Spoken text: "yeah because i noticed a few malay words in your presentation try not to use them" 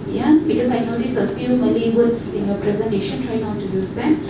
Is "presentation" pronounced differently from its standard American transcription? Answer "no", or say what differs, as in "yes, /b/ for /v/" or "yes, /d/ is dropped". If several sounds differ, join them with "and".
no